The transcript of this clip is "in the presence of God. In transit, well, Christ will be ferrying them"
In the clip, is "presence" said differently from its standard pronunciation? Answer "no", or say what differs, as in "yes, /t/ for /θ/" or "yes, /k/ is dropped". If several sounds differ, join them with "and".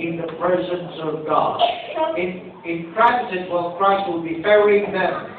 no